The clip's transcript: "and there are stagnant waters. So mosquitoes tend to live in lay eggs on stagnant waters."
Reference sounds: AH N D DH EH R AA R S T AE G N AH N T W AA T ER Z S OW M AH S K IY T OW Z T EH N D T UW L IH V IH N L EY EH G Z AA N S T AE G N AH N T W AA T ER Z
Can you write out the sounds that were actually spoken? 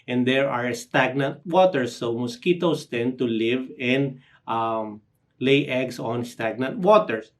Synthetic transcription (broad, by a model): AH N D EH R AA R S T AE G N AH N T W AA T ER S OW M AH S K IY T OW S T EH N T UW L IH V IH N L EY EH G S AA N S T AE G N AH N T W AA T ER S